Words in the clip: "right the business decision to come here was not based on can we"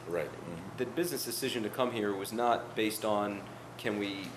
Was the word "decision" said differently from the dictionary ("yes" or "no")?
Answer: no